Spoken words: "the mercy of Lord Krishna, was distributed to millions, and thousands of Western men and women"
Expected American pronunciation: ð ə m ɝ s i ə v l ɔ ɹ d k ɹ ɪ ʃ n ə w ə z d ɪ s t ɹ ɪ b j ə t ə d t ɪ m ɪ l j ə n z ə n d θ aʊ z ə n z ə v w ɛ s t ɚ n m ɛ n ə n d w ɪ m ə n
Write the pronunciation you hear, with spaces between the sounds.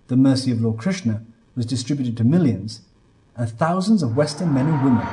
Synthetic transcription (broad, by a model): ð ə m ɝ s i ə v l ɔ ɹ d k ɹ ɪ ʃ n ə w ə z d ɪ s t ɹ ɪ b j ə t ə d t ɪ m ɪ l j ə n z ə n θ aʊ z ə n z ə v w ɛ s t ɚ n m ɛ n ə n w ɪ m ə n